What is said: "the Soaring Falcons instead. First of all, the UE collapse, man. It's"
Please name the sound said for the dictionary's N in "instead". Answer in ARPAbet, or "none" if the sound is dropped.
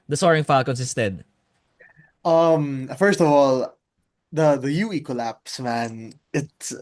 none